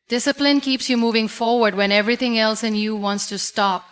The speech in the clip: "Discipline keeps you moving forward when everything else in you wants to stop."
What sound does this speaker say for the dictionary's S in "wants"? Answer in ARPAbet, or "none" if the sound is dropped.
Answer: S